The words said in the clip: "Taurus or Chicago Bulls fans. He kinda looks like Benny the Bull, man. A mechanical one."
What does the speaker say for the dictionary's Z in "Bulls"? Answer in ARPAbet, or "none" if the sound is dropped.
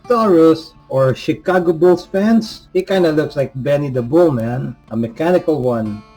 S